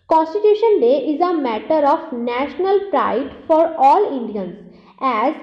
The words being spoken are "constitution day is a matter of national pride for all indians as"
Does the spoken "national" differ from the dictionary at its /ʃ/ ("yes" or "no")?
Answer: no